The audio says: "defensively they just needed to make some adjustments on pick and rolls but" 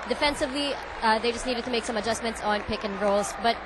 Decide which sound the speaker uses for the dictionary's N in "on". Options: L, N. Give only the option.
N